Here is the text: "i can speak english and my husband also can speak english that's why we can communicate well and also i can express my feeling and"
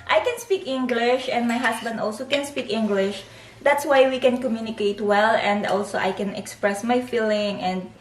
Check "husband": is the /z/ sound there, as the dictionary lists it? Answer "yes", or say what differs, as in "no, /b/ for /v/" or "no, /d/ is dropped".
no, /s/ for /z/